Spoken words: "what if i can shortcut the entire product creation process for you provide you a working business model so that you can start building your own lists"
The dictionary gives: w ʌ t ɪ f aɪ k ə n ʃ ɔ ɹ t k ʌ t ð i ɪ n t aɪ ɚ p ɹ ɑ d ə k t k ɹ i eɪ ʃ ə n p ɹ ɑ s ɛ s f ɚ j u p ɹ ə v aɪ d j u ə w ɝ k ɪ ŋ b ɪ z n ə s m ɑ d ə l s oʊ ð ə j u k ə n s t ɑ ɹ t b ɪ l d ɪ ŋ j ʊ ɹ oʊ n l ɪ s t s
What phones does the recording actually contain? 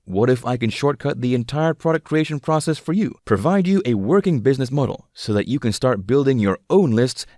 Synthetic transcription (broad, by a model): w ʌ t ɪ f aɪ k ə n ʃ ɔ ɹ t k ʌ t ð i ɪ n t aɪ ɚ p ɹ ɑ d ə k k ɹ i eɪ ʃ ə n p ɹ ɑ s ɛ s f ɚ j u p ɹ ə v aɪ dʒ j ə w ɝ k ɪ ŋ b ɪ z n ə s m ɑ d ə l s oʊ ð ə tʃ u k ə n s t ɑ ɹ t b ɪ l d ɪ ŋ j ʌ ɹ oʊ n l ɪ s t s